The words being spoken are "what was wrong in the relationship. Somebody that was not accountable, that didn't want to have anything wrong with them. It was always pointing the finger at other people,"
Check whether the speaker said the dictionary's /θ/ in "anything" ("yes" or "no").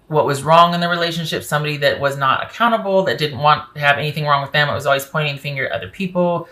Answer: yes